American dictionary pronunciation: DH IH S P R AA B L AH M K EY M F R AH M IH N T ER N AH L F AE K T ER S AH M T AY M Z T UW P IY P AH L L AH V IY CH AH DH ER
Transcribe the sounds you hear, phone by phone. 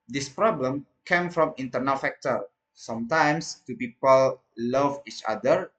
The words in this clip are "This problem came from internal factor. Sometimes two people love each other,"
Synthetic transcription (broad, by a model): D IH S P R AA B L AH M K EY M F R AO M IH N T ER N AH L F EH K T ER S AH M T AY M S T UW P IY P AH L L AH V IY CH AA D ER